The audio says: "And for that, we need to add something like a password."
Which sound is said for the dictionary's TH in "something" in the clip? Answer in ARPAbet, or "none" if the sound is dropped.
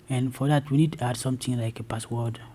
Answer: T